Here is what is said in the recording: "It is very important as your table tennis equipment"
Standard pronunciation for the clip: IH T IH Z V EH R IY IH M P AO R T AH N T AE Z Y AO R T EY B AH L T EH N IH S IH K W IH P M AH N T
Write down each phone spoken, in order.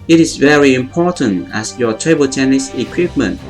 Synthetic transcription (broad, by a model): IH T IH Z V EH R IY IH M P AO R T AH N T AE S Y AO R T EY B AH L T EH N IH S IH K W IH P M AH N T